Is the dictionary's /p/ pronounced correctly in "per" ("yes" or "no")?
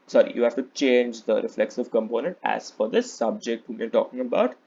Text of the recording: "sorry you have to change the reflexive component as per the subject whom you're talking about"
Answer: no